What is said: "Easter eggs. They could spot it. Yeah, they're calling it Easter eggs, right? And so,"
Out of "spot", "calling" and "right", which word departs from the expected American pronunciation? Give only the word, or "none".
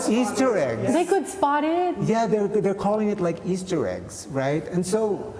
none